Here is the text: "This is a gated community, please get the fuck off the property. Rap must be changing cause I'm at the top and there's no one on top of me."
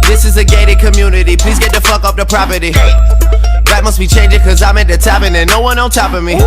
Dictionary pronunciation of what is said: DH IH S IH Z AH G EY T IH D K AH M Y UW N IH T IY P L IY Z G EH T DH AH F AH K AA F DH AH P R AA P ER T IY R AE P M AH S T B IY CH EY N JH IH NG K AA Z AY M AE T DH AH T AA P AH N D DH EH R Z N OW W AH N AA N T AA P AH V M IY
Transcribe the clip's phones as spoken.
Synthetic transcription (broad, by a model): DH IH S IH Z AH G EY T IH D K AH M Y UW N IH T IY P L IY Z G EH T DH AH F AH K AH P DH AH P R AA P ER T IY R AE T M AH S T B IY CH EY N JH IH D K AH Z AY M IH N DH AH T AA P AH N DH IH N OW W AH N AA L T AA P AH M IY